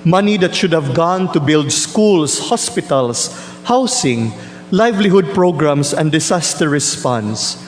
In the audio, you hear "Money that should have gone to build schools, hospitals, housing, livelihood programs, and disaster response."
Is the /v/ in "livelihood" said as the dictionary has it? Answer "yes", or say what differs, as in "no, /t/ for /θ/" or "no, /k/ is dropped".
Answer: yes